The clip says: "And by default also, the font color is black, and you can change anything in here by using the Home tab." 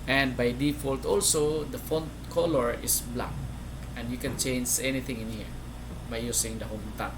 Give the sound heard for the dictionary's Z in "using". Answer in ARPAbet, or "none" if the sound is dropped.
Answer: S